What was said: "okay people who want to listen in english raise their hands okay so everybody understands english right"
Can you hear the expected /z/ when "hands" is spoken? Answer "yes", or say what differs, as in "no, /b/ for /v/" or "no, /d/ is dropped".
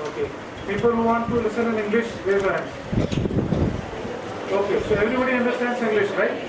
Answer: no, /z/ is dropped